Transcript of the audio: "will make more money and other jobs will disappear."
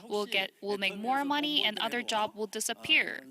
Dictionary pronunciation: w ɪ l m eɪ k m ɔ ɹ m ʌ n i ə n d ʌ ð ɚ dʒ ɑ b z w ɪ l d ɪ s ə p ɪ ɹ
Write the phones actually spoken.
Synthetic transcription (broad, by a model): w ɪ l m eɪ k m ɔ ɹ m ʌ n i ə n ʌ ð ɚ dʒ ɑ b w ɪ l d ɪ s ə p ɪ ɹ